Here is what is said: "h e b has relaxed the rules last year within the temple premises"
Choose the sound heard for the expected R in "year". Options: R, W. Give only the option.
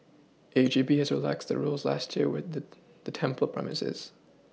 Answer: R